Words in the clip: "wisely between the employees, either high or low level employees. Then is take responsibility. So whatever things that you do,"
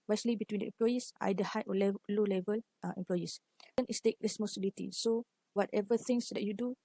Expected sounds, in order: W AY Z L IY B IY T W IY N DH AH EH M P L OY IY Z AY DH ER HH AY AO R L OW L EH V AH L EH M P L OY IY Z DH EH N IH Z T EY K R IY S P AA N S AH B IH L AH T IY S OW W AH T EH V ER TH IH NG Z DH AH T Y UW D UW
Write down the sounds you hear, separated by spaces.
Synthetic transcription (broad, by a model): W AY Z L IY B IY T W IY N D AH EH M P L OY IY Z AY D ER HH AY AO L L OW L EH V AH L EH M P L OY IY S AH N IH S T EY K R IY S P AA S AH B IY L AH T IY S OW W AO T EH V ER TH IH NG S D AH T Y UW D UW